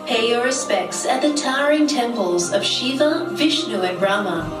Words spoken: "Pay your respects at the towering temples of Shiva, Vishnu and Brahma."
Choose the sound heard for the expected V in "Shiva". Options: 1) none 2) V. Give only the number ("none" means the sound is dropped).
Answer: 2